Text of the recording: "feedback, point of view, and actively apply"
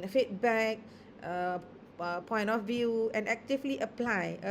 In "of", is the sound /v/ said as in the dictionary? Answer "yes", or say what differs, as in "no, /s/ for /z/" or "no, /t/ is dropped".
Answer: no, /f/ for /v/